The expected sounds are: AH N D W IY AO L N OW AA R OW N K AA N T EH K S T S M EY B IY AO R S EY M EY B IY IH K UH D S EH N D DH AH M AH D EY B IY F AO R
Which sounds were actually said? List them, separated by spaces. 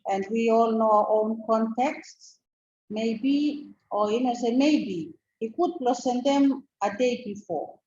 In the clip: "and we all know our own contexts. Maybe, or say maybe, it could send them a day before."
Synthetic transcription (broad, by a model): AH N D W IY AO L N OW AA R OW N K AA N T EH K S T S M EY B IY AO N S EY M EY B IY IH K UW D S EH N D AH M AH D EY B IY F AO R